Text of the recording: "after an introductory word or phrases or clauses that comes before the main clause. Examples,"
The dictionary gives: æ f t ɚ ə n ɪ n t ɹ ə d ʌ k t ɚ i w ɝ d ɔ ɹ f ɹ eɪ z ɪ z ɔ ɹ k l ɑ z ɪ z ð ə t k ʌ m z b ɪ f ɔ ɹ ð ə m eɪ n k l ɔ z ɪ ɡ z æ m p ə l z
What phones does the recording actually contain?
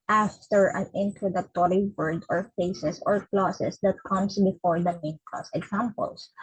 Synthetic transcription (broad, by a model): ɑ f t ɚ ə n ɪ n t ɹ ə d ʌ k t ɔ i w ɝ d ɔ ɹ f eɪ s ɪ s ɔ ɹ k l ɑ s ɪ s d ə t k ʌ m s b ɪ f ɔ ɹ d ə m eɪ n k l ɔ s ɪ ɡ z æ m p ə l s